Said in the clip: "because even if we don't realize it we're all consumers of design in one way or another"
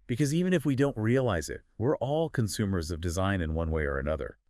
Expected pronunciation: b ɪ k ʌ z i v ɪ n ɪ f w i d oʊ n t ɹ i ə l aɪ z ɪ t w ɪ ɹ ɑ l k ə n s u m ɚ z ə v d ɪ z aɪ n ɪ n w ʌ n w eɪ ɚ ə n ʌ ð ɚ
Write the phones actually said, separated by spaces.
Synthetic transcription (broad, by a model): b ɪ k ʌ z i v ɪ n ɪ f w i d oʊ n t ɹ i ə l aɪ z ɪ t w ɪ ɹ ɑ l k ə n s u m ɚ z ə v d ɪ z aɪ n ɪ n w ʌ n w eɪ ɚ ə n ʌ ð ɚ